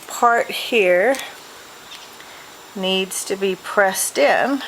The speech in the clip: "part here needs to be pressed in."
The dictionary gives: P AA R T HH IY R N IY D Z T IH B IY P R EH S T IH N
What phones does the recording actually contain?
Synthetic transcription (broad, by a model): P AA R T HH IY R N IY D Z T IH B IY P R EH S T IH N